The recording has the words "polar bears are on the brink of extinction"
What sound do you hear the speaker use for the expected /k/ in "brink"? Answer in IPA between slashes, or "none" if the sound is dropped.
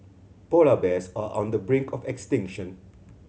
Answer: /k/